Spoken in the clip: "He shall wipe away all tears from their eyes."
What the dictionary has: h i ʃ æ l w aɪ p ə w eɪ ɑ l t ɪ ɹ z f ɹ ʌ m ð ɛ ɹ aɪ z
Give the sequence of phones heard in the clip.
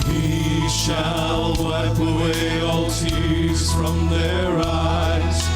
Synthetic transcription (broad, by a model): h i ʃ æ l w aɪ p ə w eɪ ɑ l t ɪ ɹ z f ɹ ʌ m ð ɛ ɹ aɪ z